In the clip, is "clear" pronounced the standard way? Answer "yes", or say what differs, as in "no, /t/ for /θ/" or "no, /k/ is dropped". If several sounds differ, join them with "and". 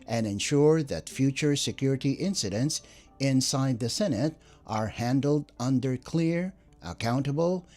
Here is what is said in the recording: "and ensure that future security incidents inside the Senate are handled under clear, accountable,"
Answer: yes